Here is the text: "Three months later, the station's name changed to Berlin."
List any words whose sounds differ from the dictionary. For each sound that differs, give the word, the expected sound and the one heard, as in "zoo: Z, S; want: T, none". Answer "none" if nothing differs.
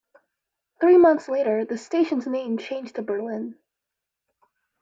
none